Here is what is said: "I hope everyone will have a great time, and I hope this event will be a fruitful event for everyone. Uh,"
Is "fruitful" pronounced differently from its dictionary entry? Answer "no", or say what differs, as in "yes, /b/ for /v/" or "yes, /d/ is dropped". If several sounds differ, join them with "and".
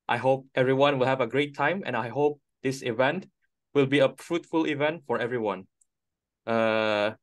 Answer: no